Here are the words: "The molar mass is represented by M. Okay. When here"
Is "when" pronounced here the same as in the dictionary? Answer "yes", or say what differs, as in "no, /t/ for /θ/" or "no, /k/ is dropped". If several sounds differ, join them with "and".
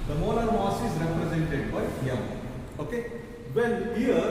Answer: no, /l/ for /n/